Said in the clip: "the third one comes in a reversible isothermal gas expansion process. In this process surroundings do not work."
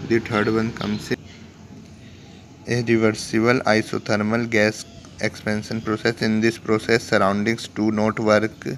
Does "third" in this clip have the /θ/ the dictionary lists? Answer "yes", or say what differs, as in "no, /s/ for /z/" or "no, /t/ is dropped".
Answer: no, /t/ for /θ/